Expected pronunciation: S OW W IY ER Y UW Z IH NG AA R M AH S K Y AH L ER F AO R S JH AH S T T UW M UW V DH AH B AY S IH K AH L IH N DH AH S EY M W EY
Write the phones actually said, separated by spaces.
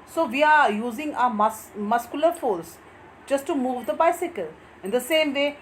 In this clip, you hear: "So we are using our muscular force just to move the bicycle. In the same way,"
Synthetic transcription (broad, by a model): S OW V IY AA Y UW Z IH NG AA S M AH S K Y AH L ER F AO L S JH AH S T T UW M UW V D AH B AY S IH K AH L IH N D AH S EY M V EY